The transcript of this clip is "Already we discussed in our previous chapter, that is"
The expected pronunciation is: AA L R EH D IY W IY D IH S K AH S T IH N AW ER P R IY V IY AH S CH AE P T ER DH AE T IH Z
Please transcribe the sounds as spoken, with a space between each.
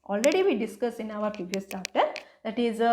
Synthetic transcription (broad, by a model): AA L R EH D IY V IY D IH S K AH S IH N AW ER P R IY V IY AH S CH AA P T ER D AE T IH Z